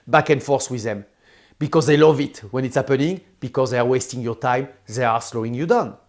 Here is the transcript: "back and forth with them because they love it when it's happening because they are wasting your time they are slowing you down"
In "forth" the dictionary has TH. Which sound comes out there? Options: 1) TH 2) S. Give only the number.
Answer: 2